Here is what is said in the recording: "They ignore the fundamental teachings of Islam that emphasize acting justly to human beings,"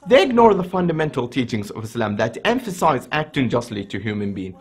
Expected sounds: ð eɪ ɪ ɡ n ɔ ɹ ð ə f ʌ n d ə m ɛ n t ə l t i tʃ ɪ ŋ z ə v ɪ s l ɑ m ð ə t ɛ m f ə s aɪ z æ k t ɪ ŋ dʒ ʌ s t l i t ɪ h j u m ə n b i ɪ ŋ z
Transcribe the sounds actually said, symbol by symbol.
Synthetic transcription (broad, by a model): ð eɪ ɪ ɡ n ɔ ɹ ð ə f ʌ n d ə m ɛ n t l t i tʃ ɪ ŋ z ə v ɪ s l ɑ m ð ə t ɛ m f ə s aɪ z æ k t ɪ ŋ dʒ ʌ s t l i t ɪ h j u m ə n b i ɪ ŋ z